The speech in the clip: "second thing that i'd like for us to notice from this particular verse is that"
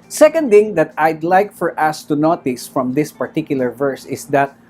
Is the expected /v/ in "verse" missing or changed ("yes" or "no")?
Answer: no